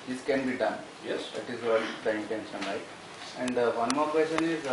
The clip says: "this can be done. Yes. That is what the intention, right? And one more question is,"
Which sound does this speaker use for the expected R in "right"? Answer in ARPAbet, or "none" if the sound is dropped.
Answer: L